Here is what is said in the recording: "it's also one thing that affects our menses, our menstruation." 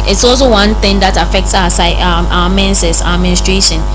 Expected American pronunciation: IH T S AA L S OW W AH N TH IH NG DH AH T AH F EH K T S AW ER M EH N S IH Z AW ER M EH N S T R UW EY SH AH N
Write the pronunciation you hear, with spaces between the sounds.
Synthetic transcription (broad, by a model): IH T S AA L S OW W AH N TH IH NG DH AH T AH F EH K T S AW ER M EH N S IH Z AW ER M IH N S T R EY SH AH N